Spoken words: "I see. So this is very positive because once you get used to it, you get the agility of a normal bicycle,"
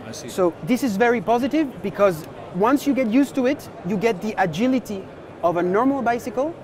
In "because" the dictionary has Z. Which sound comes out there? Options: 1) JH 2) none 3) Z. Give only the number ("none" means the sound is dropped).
3